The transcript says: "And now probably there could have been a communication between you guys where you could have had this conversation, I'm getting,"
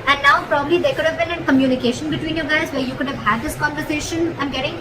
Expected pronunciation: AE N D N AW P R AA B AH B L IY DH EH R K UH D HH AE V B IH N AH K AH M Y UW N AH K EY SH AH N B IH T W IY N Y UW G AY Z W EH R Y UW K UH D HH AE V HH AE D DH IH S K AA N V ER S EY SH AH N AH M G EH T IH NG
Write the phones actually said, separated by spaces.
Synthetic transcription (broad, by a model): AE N D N AW P R AA B AH B L IY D EH K UH D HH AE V B IH N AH K AH M Y UW N AH K EY SH AH N B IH T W IY N Y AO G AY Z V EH R Y UW K UH D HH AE V HH AE D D IH S K AA N V ER S EY SH AH N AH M G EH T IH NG